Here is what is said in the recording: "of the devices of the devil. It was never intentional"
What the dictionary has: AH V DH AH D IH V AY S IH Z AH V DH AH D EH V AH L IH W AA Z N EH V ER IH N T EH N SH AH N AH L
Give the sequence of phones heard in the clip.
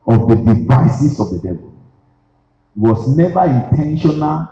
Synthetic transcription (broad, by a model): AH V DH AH D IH V AY S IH S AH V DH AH D EH V AH L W AA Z N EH V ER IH N T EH N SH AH N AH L